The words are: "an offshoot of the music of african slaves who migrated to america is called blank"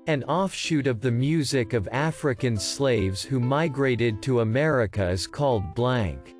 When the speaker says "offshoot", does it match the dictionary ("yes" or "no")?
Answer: yes